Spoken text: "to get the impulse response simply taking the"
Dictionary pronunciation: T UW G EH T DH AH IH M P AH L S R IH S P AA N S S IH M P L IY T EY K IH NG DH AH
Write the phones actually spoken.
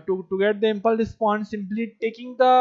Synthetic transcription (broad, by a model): T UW G EH T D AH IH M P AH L R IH S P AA N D S IH M P L IY T EY K IH NG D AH